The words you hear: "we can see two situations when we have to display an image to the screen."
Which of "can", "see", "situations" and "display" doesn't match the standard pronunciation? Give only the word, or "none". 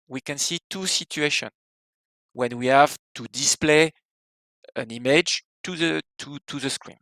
situations